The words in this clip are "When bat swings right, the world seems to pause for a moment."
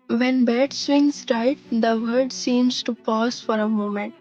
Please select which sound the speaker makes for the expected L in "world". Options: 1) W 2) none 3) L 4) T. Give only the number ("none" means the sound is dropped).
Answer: 2